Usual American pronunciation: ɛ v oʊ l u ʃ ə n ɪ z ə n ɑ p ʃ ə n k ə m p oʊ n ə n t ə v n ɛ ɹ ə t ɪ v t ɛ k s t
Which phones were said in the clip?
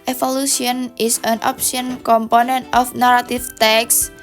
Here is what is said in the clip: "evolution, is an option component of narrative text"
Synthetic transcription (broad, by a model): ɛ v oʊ l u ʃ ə n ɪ s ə n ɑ p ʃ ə n k ə m p oʊ n ə n t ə f n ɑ ɹ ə t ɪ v t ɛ k s